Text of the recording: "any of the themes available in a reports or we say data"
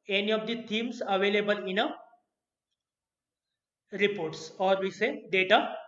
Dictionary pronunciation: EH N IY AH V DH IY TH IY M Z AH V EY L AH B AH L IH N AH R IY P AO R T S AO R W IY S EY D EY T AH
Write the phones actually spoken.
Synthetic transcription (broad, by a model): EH N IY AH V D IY T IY M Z AH V EY L AH B AH L IH N AH R IY P AO R T S AO R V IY S EY D EY T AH